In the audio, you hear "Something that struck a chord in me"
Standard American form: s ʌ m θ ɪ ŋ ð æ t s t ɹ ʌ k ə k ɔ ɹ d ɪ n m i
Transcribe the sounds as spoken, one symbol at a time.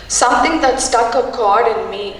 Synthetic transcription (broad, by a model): s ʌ m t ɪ ŋ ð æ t s t ʌ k ə k ɔ ɹ d ɪ n m i